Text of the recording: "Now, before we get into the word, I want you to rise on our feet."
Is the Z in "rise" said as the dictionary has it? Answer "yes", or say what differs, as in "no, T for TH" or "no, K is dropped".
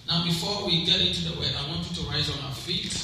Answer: yes